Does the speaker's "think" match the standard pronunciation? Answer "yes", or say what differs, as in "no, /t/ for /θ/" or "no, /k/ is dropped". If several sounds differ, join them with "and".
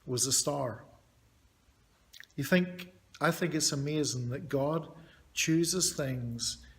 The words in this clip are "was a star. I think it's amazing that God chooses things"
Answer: yes